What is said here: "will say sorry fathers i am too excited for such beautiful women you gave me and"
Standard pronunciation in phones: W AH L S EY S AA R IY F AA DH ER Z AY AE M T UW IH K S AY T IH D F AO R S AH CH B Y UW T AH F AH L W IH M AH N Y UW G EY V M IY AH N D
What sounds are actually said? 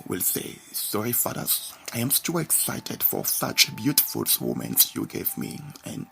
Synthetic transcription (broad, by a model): W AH L S EY S AA R IY F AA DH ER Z AY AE M T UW IH K S AY T IH D F AO R S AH CH B Y UW T AH F AH L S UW M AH N Y UW G EY V M IY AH N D